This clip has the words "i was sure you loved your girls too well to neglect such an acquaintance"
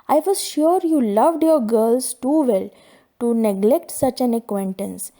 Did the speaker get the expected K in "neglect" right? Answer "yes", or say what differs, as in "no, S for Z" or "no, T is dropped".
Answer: yes